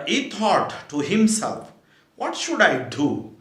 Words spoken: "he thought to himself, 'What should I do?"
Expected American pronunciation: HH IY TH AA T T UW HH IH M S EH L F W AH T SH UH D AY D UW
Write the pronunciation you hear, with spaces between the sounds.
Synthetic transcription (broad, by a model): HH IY T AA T T UW HH IH M S EH L F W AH T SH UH D AY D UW